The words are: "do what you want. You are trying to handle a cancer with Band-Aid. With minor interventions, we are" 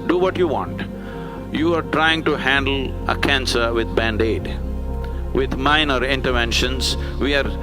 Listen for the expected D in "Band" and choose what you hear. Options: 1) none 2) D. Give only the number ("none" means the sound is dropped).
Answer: 2